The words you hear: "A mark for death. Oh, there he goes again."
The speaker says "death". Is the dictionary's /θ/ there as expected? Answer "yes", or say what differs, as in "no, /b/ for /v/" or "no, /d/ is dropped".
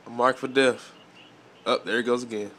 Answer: no, /f/ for /θ/